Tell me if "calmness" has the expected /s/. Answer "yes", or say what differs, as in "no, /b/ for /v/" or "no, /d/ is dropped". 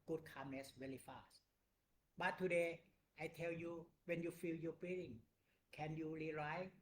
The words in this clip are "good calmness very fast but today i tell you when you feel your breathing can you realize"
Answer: yes